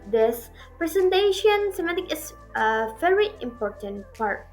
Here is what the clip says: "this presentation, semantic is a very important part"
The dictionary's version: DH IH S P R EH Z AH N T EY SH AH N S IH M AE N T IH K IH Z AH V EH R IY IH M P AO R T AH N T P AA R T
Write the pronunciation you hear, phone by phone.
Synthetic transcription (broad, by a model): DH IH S P R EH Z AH N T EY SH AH N S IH M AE T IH K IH S AH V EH R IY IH M P AO R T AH N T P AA R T